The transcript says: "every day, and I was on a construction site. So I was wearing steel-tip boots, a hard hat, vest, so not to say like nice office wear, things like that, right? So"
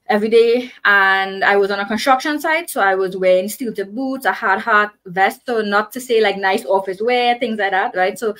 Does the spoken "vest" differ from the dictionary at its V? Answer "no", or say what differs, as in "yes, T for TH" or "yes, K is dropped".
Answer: no